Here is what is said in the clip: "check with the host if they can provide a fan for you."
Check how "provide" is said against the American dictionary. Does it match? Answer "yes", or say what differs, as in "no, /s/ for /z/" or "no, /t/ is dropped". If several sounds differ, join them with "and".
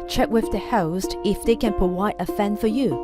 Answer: no, /ɹ/ is dropped and /w/ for /v/